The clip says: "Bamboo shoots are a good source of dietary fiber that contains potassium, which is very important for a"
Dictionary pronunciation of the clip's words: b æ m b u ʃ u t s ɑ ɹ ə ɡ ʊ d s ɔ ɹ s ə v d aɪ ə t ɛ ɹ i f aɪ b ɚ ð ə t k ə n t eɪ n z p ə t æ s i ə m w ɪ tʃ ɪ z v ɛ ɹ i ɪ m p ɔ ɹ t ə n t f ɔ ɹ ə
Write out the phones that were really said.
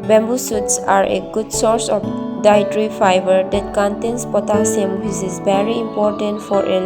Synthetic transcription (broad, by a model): b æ m b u s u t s ɑ ɹ ə ɡ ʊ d s ɔ ɹ s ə f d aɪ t ɹ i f aɪ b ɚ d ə t k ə n t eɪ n s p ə t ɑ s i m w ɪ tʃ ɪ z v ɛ ɹ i ɪ m p ɔ ɹ t ə n t f ɔ ɹ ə